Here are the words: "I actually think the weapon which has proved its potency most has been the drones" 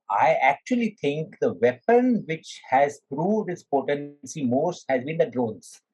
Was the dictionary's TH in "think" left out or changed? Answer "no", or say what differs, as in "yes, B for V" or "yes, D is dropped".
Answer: yes, T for TH